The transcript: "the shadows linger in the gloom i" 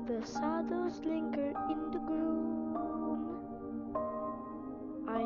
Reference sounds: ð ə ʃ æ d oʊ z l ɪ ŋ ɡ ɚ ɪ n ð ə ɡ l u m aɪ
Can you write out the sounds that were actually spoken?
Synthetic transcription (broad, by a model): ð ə s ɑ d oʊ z l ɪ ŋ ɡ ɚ ɪ n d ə ɡ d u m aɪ